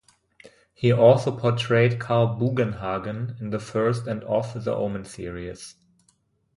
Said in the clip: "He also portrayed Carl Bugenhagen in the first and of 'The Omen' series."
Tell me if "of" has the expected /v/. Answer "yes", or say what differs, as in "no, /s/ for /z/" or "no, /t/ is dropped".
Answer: no, /f/ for /v/